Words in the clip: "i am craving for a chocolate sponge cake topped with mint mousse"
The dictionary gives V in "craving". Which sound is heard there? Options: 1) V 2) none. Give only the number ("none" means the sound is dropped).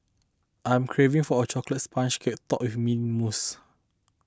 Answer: 1